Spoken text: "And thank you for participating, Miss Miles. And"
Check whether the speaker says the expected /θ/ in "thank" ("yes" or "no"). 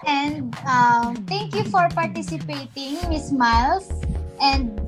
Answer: no